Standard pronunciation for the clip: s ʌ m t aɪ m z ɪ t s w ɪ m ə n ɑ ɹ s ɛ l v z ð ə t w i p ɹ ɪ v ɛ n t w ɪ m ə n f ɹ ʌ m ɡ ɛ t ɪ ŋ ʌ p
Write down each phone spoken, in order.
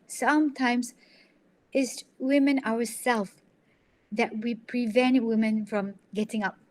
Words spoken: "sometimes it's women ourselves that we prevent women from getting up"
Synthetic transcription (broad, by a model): s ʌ m t aɪ m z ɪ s w ɪ m ə n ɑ w s ɛ l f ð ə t w i p ɹ ɪ v ɛ n t w ɪ m ə n f ɹ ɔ m ɡ ɛ t ɪ ŋ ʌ p